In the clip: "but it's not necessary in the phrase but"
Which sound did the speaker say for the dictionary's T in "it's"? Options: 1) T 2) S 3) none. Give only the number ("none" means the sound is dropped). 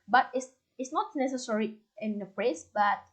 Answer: 2